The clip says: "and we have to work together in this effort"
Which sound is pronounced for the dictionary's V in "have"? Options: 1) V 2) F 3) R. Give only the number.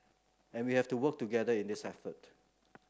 2